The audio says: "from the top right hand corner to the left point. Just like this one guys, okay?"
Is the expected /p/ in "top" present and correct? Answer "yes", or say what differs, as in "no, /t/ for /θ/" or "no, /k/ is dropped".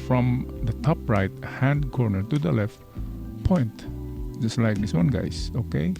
yes